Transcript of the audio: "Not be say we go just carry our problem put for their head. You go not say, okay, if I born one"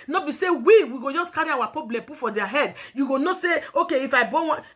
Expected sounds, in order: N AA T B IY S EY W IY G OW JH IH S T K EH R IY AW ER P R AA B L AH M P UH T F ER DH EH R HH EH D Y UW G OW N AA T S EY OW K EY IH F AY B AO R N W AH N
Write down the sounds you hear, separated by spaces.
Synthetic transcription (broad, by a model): N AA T B IY S EY W IY G OW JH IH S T K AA R IY AW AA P AA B L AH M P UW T F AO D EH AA HH EH D Y UW G OW N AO S EY OW K EY IH F AY B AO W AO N